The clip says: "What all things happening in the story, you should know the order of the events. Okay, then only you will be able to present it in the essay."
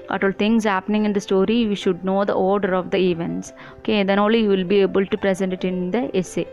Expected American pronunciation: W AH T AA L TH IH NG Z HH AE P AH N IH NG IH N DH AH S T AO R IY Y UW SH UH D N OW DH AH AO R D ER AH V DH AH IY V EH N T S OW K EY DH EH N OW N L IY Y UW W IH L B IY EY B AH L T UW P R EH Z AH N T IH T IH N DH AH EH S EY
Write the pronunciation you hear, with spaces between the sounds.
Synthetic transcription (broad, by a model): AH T AA L T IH NG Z HH AE P AH N IH NG IH N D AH S T AO R IY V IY SH UH D N OW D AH AO R D ER AH V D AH IY V EH N T S OW K EY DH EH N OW L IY Y UW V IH L B IY EY B AH L T UW P R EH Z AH N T IH T IH N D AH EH S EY